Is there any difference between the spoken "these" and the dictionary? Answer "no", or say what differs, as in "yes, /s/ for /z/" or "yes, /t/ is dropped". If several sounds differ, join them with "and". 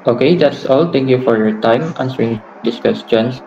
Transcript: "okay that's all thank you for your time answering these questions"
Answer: yes, /s/ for /z/